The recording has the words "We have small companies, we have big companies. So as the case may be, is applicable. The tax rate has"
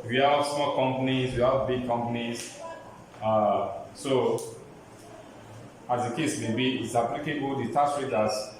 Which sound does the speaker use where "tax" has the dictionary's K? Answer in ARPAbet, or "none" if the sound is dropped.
none